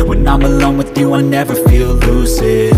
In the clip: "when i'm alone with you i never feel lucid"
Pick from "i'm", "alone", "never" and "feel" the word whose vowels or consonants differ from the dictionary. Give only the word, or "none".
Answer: none